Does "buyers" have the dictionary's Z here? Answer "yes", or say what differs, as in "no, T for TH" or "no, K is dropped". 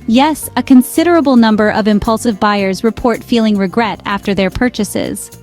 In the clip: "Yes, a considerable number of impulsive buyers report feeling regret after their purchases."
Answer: yes